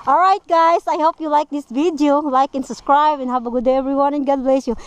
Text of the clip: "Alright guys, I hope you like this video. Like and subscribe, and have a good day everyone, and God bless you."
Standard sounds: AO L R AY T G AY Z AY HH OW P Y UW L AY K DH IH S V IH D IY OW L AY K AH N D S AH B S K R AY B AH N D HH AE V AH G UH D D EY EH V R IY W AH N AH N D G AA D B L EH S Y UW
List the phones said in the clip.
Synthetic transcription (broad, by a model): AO L R AY T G AY S AY HH OW P Y UW L AY K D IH S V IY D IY OW L AY K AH N S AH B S K R AY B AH N HH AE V AH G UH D D EY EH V R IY W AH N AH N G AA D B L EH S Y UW